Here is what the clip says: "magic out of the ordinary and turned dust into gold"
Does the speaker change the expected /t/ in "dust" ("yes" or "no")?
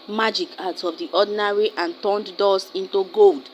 yes